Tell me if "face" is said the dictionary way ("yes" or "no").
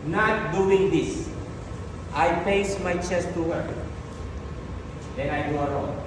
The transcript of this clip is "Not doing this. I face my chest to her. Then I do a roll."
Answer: no